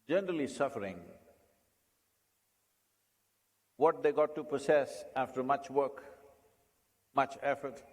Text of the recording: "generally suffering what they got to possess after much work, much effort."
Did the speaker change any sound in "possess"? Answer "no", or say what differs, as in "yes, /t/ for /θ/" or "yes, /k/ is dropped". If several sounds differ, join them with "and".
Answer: yes, /s/ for /z/